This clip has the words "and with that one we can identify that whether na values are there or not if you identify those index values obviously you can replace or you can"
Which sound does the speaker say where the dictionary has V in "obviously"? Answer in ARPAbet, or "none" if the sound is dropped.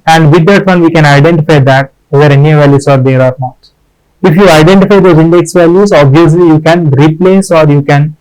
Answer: V